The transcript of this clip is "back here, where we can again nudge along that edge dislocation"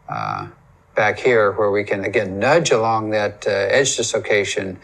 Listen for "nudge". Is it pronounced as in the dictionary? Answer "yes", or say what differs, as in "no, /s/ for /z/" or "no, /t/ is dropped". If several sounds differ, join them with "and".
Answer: yes